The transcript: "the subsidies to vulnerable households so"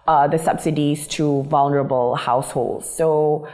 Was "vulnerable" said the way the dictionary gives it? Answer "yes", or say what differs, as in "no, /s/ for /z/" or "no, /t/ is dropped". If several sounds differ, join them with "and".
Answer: yes